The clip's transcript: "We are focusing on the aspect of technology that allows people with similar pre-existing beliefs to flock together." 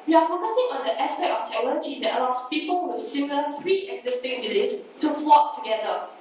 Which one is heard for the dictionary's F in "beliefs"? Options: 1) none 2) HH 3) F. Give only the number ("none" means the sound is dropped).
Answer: 1